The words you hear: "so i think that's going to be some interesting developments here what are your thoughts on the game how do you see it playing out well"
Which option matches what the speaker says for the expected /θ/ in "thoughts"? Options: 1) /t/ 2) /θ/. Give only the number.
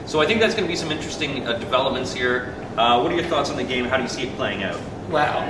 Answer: 2